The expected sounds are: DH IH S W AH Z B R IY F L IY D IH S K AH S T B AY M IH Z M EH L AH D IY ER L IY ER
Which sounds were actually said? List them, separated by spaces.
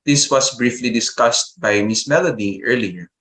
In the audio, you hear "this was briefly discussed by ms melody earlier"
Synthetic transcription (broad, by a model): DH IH S W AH S B R IY F L IY D IH S K AH S T B AY M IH S M EH L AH D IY ER L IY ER